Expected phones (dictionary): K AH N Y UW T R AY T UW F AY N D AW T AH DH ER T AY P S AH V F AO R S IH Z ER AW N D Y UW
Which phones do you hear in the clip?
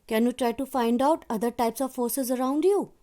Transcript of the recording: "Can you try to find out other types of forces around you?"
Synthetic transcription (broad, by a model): K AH N Y UW T R AY T UW F AY N D AW T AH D ER T AY P S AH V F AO R S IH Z ER AW N D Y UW